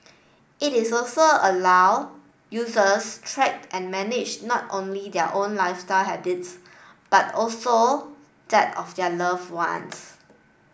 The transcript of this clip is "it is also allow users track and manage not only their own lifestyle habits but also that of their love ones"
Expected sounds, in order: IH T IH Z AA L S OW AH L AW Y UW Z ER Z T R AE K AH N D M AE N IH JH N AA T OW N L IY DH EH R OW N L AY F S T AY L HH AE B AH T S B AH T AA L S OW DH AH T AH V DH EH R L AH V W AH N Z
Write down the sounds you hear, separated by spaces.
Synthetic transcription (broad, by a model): IH T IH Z AA L S OW AH L AW Y UW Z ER S T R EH K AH N M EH N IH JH N AA T OW N L IY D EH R OW N L AY F S T AY L HH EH B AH T S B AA T AA L S OW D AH T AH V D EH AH L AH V W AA N S